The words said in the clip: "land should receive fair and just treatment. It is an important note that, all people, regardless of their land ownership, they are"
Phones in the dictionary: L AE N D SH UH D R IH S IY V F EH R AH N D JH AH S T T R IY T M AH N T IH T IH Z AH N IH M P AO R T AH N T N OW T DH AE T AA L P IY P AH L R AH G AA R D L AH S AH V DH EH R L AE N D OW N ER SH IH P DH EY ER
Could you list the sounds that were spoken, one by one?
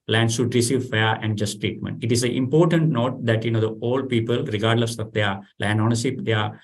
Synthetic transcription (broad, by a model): L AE N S SH UH D R IH S IY V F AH R AH N D JH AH S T T R IY T M AH N T IH T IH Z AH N IH M P AO R T AH N T N OW T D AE T AA L P IY P AH L R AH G AA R D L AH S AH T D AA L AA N OW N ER S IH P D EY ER